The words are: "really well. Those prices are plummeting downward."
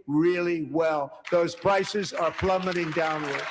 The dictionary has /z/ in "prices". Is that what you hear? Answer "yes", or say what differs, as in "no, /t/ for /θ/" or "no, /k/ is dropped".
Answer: yes